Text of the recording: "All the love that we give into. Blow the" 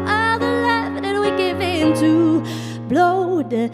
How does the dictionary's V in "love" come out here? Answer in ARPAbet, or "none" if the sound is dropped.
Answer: F